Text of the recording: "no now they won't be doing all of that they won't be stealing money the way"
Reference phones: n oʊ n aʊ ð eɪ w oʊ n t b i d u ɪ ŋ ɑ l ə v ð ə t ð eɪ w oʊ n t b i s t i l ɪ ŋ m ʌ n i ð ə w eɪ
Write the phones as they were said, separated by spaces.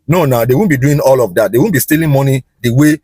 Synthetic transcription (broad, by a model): n oʊ n aʊ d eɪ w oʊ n b i d u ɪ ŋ ɑ l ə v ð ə t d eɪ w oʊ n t b i s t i l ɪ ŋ m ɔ n i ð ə w eɪ